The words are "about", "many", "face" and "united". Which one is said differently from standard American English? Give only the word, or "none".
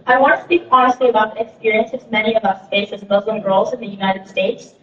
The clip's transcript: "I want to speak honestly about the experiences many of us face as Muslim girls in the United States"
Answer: face